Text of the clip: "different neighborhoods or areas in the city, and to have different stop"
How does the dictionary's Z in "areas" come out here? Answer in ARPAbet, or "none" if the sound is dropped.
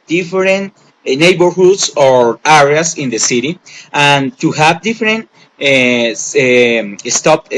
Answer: S